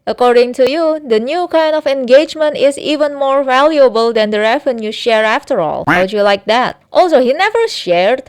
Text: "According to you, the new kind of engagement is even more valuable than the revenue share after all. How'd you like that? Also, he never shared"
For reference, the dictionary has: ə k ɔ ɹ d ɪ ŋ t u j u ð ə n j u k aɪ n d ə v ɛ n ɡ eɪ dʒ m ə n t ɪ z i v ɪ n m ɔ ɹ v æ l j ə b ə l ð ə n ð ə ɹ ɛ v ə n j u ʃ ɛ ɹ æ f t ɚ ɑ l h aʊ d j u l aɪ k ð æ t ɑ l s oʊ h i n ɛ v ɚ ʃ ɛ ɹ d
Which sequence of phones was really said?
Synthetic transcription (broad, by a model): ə k ɔ ɹ d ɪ ŋ t u j u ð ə n j u k aɪ n d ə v ɛ n ɡ eɪ dʒ m ə n t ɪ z i v ɪ n m ɔ ɹ v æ l j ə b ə l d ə n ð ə ɹ ɛ v ə n j u ʃ ɛ ɹ æ f t ɚ ɑ l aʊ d j u l aɪ k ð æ t ɑ l s oʊ h i n ɛ v ɚ ʃ ɛ ɹ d